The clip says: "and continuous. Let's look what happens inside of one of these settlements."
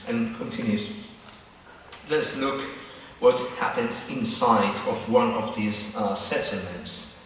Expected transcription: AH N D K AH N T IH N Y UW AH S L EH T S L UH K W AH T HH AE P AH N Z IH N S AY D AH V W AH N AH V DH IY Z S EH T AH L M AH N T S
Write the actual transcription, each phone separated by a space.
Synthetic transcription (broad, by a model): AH N K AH N T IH N Y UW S L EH T S L UH K W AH T HH AE P AH N Z IH N S AY D AH V W AH N AH V DH IY Z S EH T L M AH N T S